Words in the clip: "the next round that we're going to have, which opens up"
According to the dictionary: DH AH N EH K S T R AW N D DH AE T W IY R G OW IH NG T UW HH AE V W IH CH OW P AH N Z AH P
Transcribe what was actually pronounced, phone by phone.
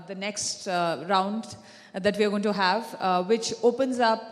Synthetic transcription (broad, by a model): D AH N EH K S T R AW N D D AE T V IY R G OW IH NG T UW HH AE V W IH CH OW P AH N Z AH P